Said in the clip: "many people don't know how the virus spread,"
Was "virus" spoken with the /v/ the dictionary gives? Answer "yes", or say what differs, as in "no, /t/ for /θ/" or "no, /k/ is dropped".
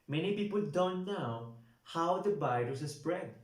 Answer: no, /b/ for /v/